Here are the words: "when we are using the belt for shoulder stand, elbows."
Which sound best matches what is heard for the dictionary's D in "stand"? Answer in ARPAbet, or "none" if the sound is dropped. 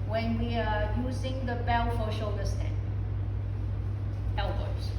none